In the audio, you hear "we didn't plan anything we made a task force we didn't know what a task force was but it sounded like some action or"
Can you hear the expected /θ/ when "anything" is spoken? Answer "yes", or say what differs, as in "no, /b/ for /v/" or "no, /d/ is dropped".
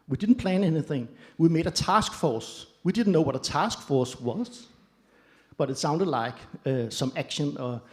yes